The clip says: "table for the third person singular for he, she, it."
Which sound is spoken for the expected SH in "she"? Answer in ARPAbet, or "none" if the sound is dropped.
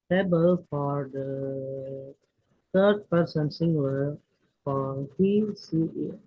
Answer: S